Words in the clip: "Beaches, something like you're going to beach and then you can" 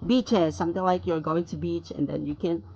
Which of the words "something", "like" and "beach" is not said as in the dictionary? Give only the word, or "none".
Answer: something